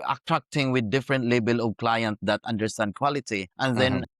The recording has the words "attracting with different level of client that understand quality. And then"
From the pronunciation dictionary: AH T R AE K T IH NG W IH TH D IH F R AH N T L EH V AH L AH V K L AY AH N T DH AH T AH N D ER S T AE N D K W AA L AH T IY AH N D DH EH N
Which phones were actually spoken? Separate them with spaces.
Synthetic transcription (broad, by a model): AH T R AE K T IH NG W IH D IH F R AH N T L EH B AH L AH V K L AY AH N T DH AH T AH N D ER S T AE N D K W AA L AH T IY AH N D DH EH N